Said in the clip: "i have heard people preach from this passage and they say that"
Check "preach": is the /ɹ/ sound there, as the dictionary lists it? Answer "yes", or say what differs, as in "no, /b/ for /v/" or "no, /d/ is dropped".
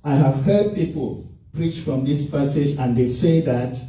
yes